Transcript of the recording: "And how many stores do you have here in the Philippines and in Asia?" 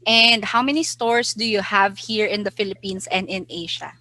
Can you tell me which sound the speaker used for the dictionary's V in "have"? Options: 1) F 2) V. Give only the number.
2